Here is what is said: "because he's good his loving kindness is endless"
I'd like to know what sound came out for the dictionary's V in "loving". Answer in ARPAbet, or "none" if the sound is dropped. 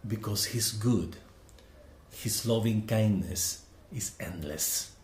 V